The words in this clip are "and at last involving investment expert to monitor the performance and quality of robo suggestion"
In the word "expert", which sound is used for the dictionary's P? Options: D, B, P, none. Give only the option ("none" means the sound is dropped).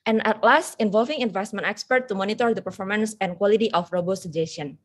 P